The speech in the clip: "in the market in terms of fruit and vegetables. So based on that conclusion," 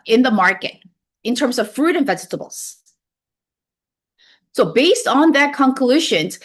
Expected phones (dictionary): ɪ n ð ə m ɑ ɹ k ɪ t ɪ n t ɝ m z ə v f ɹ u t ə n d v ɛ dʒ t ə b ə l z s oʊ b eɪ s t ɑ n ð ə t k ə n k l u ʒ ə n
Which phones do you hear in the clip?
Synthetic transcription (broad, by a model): ɪ n ð ə m ɑ ɹ k ɪ t ɪ n t ɝ m z ə v f ɹ u t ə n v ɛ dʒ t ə b l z s oʊ b eɪ s t n ð ə t k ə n k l u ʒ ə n